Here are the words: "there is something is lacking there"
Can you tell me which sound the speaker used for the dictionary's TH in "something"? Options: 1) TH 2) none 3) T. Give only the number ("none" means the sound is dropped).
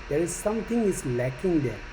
3